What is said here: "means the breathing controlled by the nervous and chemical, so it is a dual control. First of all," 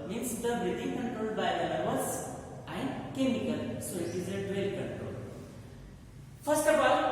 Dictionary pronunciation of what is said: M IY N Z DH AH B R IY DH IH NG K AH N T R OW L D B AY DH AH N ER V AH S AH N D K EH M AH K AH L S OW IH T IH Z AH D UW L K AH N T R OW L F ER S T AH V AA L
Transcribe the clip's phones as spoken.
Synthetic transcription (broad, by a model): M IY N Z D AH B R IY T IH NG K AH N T OW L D B AY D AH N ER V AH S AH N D K EH M AH K AH L S OW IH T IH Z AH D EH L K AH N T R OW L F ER S T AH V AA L